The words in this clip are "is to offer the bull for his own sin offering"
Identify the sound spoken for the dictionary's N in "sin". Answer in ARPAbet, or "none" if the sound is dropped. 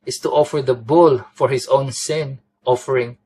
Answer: N